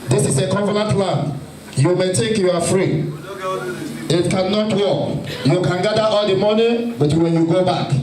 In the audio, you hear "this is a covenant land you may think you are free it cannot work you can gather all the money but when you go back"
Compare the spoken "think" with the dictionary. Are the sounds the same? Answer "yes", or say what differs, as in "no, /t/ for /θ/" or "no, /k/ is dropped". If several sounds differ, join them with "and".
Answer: no, /t/ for /θ/ and /ŋ/ is dropped